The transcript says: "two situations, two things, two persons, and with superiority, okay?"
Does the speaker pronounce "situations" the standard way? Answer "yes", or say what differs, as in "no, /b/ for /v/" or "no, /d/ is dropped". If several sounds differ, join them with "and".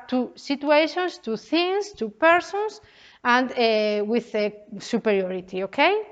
no, /s/ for /z/